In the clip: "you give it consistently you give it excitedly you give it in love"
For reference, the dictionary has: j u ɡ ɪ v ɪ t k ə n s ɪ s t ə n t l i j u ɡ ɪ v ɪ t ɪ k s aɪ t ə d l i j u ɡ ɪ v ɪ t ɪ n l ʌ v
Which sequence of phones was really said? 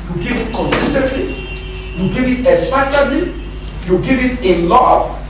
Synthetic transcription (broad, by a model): j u ɡ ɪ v ɪ t k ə n s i s t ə n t l i j u ɡ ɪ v ɪ t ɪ s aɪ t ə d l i j u ɡ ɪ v ɪ t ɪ l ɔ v